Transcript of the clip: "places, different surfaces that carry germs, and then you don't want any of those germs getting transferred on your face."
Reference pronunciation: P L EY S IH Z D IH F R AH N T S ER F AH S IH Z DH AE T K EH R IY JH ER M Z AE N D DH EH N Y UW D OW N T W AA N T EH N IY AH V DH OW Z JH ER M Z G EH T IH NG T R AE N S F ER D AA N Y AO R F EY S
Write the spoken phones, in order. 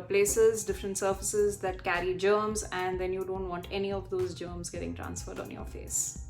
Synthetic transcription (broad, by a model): P L EY S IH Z D IH F R AH N T S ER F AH S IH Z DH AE T K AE R IY JH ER M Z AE N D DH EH N Y UW D OW N T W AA N T EH N IY AH V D OW Z JH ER M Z G EH T IH NG T R AE N S F ER D AA N Y AO R F EY S